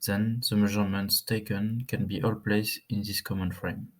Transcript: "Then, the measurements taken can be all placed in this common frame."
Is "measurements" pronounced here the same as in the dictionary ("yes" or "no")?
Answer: yes